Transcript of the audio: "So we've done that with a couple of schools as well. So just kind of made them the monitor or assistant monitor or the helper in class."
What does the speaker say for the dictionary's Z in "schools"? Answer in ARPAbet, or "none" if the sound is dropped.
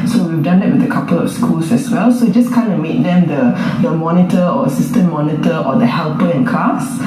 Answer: S